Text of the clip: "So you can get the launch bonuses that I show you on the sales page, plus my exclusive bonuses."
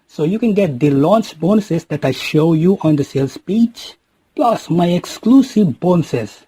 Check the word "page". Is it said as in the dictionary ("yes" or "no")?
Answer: no